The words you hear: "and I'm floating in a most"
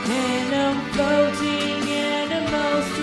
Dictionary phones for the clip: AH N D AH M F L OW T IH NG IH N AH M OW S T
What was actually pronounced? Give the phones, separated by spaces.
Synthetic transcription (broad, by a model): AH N AH M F OW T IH NG IH N AH M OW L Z